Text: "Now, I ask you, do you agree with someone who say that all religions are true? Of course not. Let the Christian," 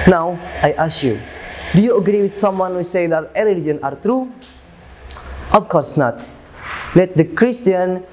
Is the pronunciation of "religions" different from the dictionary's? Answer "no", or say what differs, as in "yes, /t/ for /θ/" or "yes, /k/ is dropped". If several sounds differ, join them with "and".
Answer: yes, /z/ is dropped